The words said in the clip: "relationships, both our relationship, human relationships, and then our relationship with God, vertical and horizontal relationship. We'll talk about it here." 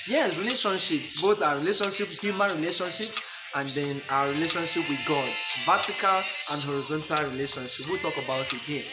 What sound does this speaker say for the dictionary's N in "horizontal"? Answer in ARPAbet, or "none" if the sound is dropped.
N